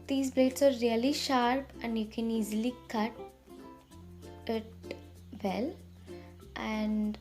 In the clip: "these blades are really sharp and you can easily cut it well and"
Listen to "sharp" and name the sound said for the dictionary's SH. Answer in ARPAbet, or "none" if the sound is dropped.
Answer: SH